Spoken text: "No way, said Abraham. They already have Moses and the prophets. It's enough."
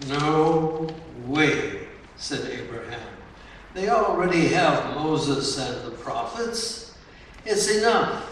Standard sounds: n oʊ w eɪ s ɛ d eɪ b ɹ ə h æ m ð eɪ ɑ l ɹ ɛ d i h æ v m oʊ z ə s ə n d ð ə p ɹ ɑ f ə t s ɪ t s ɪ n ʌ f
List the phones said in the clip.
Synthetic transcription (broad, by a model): n oʊ w eɪ s ɛ d eɪ b ɹ ə h æ m ð eɪ ɑ l ɹ ɛ d i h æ v m oʊ z ə s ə n ð ə p ɹ ɑ f ə t s ɪ t s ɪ n ʌ f